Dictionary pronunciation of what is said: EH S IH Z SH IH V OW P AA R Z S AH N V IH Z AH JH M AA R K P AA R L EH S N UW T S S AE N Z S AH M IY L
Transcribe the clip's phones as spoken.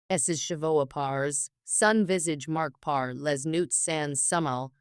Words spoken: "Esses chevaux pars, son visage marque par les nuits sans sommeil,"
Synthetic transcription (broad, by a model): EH S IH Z SH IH V OW P AA R Z S AH N V IH Z AH JH M AA R K P AA R L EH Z N UW T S S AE N S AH M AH L